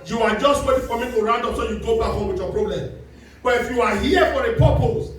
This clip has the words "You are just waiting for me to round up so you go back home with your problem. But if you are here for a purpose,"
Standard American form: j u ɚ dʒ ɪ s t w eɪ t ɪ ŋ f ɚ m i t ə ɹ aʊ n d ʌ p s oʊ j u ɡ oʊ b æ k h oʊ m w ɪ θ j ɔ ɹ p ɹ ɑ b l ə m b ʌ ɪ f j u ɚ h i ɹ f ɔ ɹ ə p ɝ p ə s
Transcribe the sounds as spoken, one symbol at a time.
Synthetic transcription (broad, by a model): j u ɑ dʒ ɪ s t w eɪ t ɪ ŋ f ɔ m i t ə ɹ aʊ n d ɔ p s oʊ j u ɡ oʊ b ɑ h oʊ m w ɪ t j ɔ p ɹ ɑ b l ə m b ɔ ɪ f j u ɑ h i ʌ f ɔ ɹ ə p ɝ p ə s